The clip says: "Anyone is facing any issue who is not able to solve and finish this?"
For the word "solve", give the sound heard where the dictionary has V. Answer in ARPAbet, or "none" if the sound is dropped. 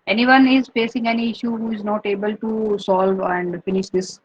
V